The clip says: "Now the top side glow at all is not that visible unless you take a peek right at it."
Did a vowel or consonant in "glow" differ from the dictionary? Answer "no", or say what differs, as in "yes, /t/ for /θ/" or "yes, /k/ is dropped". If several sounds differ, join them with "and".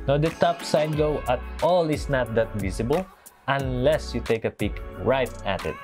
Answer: yes, /l/ is dropped